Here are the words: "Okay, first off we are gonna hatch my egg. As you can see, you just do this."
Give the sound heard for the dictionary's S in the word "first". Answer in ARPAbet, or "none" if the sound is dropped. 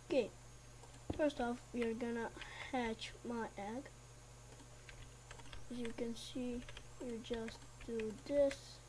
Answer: S